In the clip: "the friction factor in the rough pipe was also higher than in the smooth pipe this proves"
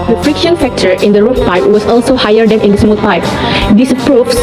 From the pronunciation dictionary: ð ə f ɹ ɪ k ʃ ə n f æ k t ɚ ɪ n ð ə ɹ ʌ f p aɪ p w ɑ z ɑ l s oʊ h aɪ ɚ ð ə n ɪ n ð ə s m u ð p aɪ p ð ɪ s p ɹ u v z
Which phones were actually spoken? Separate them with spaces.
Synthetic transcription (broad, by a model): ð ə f ɹ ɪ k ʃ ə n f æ k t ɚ ɪ n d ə ɹ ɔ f p aɪ p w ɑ s ɑ l s oʊ h aɪ ɚ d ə n ɪ n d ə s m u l p aɪ p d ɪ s p ɹ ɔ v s